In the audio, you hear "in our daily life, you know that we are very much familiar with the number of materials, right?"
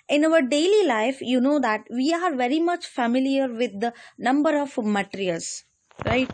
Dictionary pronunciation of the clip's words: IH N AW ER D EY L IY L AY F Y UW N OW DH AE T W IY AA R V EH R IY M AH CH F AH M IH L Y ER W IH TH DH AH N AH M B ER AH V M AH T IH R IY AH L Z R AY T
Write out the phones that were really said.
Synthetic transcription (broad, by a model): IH N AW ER D EY L IY L AY F Y UW N OW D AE T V IY AA R V EH R IY M AH CH F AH M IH L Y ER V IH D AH N AH M B ER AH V M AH T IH R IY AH L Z R AY T